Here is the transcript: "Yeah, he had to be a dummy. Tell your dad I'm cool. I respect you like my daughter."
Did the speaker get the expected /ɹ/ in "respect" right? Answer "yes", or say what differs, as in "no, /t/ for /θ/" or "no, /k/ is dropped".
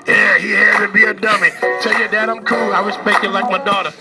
no, /w/ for /ɹ/